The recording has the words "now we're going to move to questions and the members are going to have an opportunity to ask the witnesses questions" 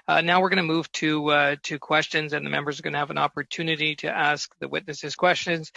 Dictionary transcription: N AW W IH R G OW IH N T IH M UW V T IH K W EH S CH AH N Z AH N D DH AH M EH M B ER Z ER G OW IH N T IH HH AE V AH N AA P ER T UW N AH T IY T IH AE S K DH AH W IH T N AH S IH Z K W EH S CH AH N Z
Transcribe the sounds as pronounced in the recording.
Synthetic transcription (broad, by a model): N AW W IH R G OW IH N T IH M UW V T IH K W EH S CH AH N Z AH N DH AH M EH M B ER Z ER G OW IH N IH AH V AH N AA P ER T UW N AH T IY T IH AE S K DH AH W IH T N AH S IH Z K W EH S CH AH N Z